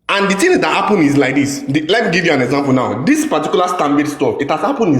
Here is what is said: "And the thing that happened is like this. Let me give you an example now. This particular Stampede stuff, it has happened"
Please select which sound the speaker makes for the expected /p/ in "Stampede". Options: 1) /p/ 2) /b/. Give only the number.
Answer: 2